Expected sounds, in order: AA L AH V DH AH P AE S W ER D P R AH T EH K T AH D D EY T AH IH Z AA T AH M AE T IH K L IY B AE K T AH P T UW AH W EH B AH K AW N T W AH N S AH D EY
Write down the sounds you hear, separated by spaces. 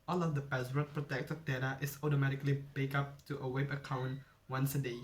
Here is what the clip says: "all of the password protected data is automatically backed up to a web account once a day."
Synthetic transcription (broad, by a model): AA L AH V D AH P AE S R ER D P R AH T EH K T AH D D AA T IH S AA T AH M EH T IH K L IY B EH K AA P T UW AH W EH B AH K AW N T W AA N S AH D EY